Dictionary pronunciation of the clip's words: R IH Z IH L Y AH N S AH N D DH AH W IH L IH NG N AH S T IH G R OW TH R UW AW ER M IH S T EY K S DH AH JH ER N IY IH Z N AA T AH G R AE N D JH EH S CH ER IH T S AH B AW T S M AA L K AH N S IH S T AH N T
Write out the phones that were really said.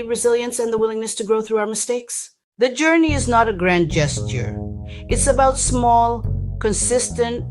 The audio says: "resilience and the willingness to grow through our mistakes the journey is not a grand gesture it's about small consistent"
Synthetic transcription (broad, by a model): R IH Z IH L Y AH N S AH N DH AH W IH L IH NG N AH S T IH G R OW TH R UW AW ER M IH S T EY K S DH AH JH ER N IY IH Z N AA T AH G R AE N JH EH S CH ER IH T S AH B AW T S M AA L K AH N S IH S T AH N T